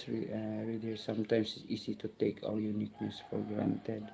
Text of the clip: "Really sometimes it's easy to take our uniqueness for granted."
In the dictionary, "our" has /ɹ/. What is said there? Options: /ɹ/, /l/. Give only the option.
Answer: /l/